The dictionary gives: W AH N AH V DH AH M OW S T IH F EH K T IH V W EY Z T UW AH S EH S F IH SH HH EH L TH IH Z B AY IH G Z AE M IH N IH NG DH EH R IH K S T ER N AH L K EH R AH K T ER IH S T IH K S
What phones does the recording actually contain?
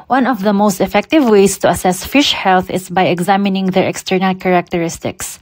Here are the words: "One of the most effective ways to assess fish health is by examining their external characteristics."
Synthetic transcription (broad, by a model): W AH N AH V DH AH M OW S T IH F EH K T IH V W EY S T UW AH S EH S F IH SH HH EH L TH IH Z B AY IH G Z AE M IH N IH NG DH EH R IH K S T ER N AH L K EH R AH K T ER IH S T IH K S